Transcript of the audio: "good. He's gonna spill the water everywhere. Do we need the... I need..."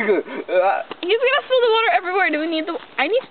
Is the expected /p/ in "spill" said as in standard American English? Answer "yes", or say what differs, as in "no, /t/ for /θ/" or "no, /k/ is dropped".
no, /p/ is dropped